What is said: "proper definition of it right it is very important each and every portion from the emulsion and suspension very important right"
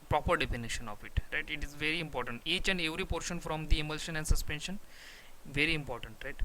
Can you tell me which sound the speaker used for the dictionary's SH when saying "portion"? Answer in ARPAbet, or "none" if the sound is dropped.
SH